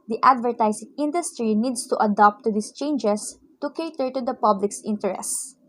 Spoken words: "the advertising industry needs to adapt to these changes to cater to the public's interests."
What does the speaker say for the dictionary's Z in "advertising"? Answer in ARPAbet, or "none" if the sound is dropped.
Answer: S